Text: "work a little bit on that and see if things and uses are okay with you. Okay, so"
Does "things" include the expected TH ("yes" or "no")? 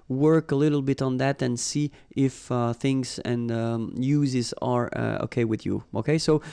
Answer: yes